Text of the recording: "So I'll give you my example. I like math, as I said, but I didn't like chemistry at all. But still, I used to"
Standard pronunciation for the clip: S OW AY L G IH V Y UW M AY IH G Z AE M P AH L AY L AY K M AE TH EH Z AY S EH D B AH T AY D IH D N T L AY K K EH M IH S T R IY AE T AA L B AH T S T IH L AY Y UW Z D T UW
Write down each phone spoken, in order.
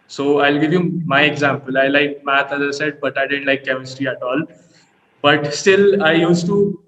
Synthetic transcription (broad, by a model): S OW AY L G IH V Y UW M AY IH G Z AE M P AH L AY L AY K M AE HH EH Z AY S EH D B AH T AY D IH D N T L AY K K EH M IH S T R IY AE T AA L B AH T S T IH L AY Y UW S T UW